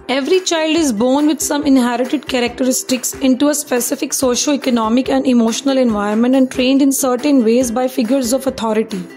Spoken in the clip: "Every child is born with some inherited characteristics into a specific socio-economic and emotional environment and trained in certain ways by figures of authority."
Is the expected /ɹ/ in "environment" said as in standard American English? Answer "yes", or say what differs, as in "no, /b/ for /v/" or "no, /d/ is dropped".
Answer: no, /ɹ/ is dropped